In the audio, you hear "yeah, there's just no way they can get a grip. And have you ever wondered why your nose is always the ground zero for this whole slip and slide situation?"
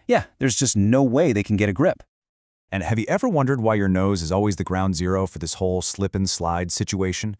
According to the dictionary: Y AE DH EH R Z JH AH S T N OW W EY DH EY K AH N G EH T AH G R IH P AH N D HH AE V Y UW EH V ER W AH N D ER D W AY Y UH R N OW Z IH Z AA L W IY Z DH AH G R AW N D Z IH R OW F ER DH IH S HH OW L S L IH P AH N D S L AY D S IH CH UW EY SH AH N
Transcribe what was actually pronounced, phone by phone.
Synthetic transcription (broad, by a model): Y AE DH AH R Z JH AH S T N OW W EY DH EY K N G EH T AH G R IH P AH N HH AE V Y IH EH V ER W AH N D ER D W AY Y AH R N OW Z IH Z AA L W IY Z DH AH G R AW N D Z IH R OW F ER DH IH S HH OW L S L IH P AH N S L AY D S IH CH UW EY SH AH N